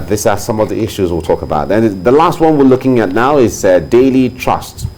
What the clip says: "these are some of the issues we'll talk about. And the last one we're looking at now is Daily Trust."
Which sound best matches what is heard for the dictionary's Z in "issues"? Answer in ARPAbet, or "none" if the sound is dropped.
Z